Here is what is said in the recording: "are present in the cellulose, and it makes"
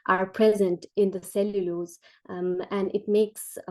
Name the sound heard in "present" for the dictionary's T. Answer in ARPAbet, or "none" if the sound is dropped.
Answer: T